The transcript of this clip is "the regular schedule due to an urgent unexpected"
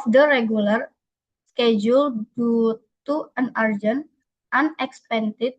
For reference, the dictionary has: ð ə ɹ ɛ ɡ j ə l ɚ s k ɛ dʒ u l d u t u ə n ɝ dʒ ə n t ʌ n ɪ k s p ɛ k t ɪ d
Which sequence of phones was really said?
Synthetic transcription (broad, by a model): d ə ɹ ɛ ɡ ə l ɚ s k ɛ dʒ u l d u t u ə n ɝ dʒ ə n t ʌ n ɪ k s p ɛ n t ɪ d